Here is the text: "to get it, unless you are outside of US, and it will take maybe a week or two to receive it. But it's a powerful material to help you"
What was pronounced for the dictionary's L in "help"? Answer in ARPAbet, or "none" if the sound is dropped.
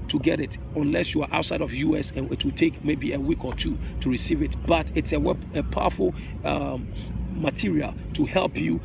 L